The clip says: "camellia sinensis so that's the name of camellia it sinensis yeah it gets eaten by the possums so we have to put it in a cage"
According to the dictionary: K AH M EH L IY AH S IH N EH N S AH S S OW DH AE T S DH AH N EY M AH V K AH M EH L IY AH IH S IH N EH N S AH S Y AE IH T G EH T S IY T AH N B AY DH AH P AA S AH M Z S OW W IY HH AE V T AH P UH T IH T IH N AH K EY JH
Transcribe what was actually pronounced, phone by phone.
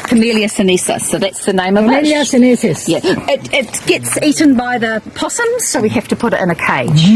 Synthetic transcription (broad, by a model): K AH M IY L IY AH S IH N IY S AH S S OW DH AE T S DH AH N EY M AH V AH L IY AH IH S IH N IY S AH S Y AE IH T G EH T S IY T N B AY DH AH P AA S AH M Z S OW W IY HH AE F T AH P UH T IH T IH N AH K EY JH